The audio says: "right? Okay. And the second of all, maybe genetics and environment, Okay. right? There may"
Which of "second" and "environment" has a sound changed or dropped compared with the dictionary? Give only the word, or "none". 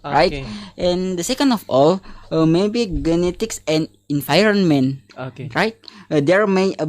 environment